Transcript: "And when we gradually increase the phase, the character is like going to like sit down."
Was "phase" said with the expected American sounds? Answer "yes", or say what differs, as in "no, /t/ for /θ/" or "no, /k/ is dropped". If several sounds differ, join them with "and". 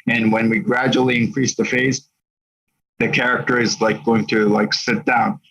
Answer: yes